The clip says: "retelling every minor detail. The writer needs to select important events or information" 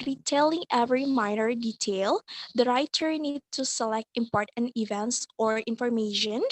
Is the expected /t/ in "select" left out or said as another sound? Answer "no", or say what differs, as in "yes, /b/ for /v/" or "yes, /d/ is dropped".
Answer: no